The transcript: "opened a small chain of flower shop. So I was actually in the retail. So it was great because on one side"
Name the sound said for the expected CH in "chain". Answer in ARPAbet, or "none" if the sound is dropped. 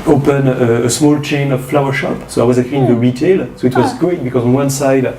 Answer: CH